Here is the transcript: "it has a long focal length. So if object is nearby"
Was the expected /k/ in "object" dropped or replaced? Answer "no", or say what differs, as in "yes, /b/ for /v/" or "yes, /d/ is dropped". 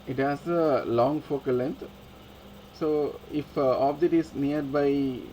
yes, /k/ is dropped